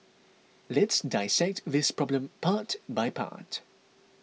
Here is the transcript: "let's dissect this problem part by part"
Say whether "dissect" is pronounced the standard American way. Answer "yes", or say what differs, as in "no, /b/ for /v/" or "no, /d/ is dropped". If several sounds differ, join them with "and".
yes